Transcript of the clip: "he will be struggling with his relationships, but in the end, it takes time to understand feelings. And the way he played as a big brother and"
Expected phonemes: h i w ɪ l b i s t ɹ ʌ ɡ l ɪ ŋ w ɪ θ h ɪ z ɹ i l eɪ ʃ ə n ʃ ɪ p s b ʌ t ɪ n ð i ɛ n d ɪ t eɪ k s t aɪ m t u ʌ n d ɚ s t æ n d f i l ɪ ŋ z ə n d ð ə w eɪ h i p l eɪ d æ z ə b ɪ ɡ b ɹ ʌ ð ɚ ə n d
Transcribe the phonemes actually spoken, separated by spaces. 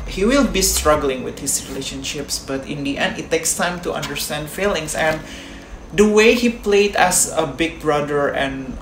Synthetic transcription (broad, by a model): h i w ɪ l b i s t ɹ ʌ ɡ l ɪ ŋ w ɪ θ h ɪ s ɹ i l eɪ ʃ ə n ʃ ɪ p s b ʌ t ɪ n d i ɛ n d ɪ t eɪ k s t aɪ m t u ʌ n d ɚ s t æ n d f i l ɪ ŋ s ə n d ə w eɪ h i p l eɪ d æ s ə b ɪ ɡ b ɹ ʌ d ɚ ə n